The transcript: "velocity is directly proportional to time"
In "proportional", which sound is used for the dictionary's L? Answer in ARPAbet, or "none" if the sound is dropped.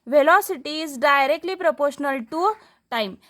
L